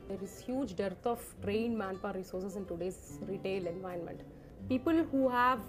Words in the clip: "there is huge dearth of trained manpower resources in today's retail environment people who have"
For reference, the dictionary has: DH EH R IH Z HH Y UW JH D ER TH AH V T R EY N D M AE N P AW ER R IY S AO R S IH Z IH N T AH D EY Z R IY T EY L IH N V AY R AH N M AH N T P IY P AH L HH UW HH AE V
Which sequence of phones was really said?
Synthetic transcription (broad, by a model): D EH R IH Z HH Y UW JH D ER T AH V T R EY N D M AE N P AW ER R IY S AO R S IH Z IH N T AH D EY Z R IY T EY L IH N V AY AH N M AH N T P IY P AH L HH UW HH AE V